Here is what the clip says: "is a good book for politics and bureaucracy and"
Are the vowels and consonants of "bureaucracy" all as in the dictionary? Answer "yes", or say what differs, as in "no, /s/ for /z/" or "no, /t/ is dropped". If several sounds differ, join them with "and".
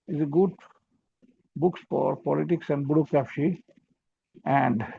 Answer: no, /ɹ/ is dropped and /ʃ/ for /s/